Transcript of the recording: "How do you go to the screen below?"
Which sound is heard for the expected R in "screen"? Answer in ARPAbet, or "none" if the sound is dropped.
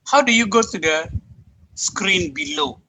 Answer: R